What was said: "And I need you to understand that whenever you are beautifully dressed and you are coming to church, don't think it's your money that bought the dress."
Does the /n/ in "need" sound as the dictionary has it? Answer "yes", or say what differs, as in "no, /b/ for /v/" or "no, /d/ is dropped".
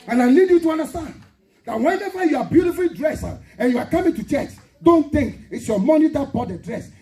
no, /l/ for /n/